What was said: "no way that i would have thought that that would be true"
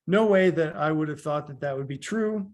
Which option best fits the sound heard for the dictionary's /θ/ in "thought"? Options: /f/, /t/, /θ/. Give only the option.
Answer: /θ/